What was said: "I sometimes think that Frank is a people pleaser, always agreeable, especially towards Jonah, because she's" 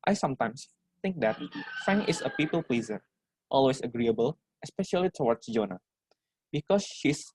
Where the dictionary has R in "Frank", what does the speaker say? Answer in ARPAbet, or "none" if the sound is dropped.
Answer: none